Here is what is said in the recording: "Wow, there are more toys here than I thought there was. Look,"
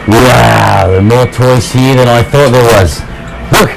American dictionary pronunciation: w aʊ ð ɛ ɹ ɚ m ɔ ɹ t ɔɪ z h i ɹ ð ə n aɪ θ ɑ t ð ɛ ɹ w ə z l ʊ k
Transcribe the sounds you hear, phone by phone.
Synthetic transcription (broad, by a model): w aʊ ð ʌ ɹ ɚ m ɔ ɹ t ɔɪ s h i ɹ ð ə n aɪ θ ɑ t ð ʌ ɹ w ə z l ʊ k